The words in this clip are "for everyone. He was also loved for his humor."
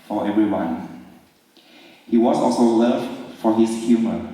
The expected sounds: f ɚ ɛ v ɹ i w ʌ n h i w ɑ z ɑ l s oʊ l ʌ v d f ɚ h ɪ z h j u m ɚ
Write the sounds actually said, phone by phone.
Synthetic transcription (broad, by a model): f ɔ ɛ v ɹ i w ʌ n h i w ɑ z ɑ l s oʊ l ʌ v f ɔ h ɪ s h j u m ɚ